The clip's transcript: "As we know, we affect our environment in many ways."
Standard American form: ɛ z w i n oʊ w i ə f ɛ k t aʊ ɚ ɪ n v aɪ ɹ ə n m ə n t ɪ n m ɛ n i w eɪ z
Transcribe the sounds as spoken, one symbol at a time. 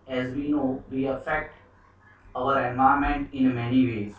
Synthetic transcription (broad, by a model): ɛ z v i n oʊ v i ə f ɛ k t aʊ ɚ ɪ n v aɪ ə m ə n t ɪ n m ɛ n i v eɪ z